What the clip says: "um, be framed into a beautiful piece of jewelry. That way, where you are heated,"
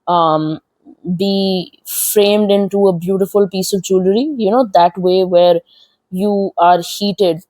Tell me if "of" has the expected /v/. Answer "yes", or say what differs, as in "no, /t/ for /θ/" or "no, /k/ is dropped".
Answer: yes